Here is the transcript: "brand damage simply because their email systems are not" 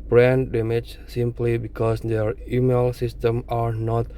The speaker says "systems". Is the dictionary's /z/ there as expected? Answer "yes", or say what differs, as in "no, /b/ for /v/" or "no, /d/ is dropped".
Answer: no, /z/ is dropped